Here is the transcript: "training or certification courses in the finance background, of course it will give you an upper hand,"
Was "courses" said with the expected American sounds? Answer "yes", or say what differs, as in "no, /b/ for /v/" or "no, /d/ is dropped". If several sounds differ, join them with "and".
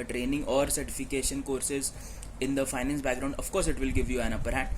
yes